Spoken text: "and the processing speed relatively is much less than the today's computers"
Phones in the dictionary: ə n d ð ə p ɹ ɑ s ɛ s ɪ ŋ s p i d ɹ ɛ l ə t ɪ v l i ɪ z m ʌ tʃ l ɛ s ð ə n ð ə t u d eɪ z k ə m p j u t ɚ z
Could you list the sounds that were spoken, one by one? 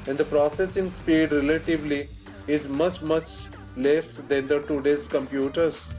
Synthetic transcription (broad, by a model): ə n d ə p ɹ ɑ s ɛ s ɪ ŋ s p i d ɹ ɛ l ə t ɪ v l i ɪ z m ʌ tʃ l ɛ s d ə n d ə t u d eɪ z k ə m p j u t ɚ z